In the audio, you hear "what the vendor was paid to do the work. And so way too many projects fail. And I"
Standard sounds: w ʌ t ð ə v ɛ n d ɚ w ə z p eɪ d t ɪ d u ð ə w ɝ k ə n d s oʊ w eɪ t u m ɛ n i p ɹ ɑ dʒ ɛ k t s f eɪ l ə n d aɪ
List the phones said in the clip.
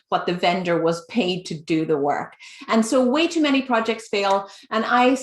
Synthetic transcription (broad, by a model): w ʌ t ð ə v ɛ n d ɚ w ə z p eɪ d t ɪ d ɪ ð ə w ɝ k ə n s oʊ w eɪ t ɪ m ɛ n i p ɹ ɑ dʒ ɛ k t s f eɪ l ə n aɪ